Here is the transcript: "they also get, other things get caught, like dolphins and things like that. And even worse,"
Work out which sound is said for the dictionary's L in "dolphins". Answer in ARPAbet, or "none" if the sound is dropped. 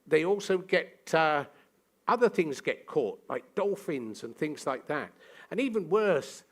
L